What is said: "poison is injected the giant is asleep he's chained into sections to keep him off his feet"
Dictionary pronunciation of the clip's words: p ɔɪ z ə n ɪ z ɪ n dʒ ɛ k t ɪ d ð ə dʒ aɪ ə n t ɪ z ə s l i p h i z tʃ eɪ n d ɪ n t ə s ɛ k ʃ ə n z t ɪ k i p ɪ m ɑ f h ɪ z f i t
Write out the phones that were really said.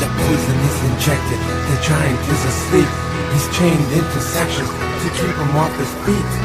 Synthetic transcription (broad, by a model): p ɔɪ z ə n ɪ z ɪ n dʒ ɛ k t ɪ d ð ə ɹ aɪ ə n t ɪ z ə s l i p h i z tʃ eɪ n d ɪ n t ə s ɛ k ʃ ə n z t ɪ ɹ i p ɪ m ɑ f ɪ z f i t